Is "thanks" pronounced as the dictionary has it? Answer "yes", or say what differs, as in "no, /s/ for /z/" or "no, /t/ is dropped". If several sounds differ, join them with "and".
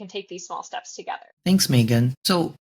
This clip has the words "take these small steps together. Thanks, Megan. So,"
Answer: yes